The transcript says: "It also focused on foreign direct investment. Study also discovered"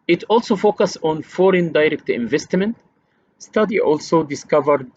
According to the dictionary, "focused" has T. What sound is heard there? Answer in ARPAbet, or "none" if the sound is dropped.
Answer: none